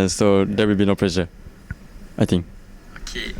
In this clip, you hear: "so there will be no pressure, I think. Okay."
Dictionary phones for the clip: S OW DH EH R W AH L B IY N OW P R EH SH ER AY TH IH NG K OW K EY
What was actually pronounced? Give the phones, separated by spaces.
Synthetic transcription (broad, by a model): S OW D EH W AH L B IY N OW P L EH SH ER AY T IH NG K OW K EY